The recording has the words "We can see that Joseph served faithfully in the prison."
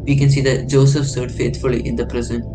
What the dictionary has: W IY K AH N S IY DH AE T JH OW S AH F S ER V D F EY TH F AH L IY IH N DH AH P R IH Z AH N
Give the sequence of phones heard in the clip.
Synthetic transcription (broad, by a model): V IY K AH N S IY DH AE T JH OW S AH F S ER D F EY T F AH L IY IH N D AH P R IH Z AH N